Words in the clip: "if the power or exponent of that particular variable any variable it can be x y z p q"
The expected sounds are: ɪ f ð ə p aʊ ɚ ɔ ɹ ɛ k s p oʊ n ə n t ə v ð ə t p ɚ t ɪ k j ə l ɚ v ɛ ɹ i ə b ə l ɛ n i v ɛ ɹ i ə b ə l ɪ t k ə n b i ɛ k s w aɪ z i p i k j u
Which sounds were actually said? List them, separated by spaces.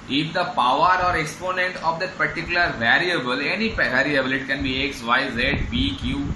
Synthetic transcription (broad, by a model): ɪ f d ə p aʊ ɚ ɔ ɹ ɛ k s p oʊ n ə n t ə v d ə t p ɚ t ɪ k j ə l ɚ v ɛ ɹ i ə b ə l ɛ n i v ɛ ɹ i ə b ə l ɪ t k ə n b i ɛ k s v aɪ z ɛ b i k j u